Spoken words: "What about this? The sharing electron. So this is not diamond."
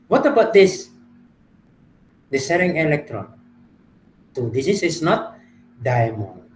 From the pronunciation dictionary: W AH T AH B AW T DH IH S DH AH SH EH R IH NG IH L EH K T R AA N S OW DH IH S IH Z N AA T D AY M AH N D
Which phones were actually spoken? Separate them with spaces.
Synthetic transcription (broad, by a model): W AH T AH B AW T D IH S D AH S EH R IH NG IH L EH K T R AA N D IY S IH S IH S N AA T D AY M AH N